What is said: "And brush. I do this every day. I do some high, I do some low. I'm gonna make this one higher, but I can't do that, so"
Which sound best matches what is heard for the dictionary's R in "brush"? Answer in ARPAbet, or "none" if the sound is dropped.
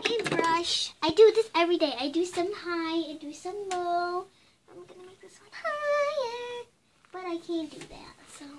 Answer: R